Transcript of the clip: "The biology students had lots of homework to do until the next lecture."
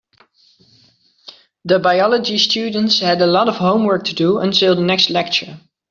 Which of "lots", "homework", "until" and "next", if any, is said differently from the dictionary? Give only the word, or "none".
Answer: lots